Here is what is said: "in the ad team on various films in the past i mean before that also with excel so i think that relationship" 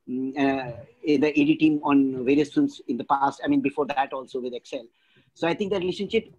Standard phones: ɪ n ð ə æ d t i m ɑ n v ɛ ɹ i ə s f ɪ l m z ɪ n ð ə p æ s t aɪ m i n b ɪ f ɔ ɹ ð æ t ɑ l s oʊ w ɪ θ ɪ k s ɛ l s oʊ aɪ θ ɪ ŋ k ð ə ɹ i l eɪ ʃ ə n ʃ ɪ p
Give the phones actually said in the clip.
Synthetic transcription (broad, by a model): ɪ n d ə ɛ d t i m ɑ n v ɛ ɹ i ə s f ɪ m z ɪ n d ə p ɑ s t aɪ m i n b ɪ f ɔ ɹ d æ t ɑ l s oʊ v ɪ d ɪ k s ɛ l s oʊ aɪ t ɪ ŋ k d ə ɹ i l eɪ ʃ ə n ʃ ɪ p